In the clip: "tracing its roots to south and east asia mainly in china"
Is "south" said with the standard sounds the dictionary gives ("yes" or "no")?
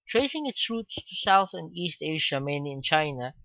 yes